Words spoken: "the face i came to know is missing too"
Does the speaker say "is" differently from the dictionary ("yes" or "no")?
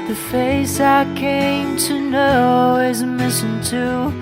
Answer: no